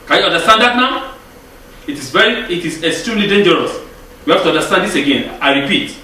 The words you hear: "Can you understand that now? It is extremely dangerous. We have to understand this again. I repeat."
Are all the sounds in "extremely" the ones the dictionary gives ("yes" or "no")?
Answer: no